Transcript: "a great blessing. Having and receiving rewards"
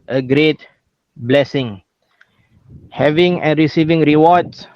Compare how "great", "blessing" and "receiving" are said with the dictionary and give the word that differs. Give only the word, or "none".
none